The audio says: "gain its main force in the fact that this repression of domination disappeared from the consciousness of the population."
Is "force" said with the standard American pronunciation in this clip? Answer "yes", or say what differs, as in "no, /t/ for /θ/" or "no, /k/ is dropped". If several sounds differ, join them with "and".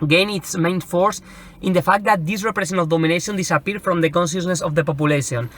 yes